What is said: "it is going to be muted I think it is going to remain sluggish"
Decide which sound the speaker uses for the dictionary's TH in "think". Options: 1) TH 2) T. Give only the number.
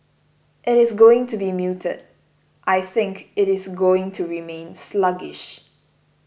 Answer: 1